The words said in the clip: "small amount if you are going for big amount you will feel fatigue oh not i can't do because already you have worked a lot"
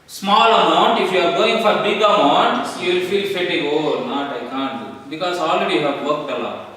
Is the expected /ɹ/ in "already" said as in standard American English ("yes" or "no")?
no